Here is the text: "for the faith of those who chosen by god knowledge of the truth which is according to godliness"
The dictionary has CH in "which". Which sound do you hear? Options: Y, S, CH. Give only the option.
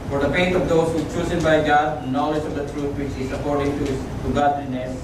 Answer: CH